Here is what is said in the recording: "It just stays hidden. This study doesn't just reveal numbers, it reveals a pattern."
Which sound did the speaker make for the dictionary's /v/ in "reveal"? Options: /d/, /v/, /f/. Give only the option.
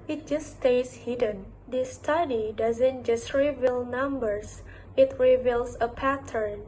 /v/